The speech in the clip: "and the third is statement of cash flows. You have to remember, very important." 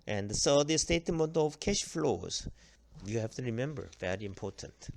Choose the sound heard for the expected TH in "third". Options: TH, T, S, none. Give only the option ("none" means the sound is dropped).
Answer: S